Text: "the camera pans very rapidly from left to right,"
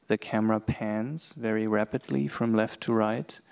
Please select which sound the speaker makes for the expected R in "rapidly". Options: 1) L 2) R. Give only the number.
2